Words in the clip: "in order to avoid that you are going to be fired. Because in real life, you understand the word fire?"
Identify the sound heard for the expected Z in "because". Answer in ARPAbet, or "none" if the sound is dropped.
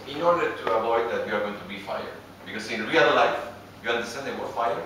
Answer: S